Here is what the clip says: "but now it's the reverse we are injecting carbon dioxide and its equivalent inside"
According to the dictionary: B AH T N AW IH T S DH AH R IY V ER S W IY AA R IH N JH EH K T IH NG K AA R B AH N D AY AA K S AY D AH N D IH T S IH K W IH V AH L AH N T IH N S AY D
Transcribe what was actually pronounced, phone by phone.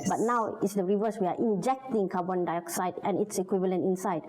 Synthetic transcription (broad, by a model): B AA T N AW IH T S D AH R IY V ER S W IY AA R IH N JH EH K T IH NG K AA B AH N D AY AA K S AY D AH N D IH T S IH K W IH V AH L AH N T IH N S AY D